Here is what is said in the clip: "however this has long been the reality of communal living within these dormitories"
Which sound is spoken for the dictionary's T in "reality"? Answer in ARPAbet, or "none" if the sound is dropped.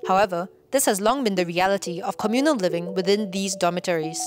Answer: T